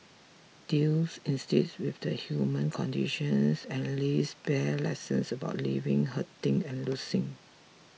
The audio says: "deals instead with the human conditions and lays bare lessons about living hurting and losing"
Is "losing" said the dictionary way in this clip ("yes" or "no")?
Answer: no